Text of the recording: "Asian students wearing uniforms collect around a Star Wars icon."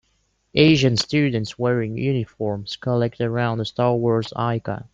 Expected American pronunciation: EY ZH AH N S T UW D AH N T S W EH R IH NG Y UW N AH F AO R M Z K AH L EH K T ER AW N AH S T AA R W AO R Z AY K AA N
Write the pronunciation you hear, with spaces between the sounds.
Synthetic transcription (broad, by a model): EY ZH AH N S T UW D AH N T S W EH R IH NG Y UW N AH F AO R M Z K AH L EH K T ER AW N AH S T AA R W AO R Z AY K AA